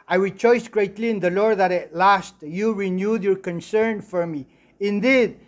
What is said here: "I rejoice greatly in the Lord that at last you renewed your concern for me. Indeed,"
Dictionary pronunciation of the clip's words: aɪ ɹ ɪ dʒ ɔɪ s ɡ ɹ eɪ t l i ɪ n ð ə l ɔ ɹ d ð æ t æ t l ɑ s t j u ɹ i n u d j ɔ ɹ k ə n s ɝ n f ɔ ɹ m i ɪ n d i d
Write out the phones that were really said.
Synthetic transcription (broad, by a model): aɪ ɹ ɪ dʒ ɔɪ s ɡ ɹ eɪ t l i ɪ n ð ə l ɔ ɹ d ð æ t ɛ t l ɑ s t j u ɹ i n u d j ɔ ɹ k ə n s ɝ n f ɔ ɹ m i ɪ n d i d